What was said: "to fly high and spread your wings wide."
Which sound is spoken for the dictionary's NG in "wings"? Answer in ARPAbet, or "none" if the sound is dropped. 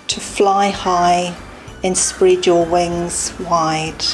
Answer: NG